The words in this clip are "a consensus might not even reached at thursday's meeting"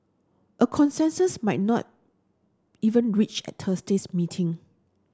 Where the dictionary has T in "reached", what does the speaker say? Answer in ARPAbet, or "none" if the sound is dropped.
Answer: none